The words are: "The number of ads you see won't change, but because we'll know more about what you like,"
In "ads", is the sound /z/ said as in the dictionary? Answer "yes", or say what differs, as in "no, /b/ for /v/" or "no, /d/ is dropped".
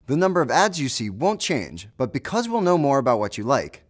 yes